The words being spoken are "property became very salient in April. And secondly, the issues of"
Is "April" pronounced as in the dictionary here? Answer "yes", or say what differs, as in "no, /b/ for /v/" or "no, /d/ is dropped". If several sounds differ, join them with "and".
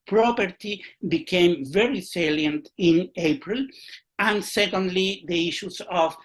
yes